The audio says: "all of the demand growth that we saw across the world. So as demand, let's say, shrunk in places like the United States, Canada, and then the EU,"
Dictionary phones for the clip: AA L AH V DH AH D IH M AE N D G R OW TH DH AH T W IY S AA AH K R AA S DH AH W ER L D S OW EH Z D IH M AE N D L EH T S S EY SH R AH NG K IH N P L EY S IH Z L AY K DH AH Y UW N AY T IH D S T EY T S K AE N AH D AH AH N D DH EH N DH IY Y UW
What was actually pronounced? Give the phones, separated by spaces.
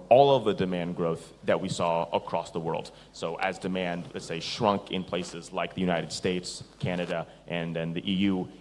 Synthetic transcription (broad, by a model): AA L AH V DH AH D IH M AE N G R OW TH DH AH T W IY S AA AH K R AA S DH AH W ER L D S OW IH Z D IH M AE N D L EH T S S EY SH R AH NG K IH N P L EY S IH Z L AY K DH AH Y UW N AY T IH D S T EY T S K AE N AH D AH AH N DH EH N DH IY Y UW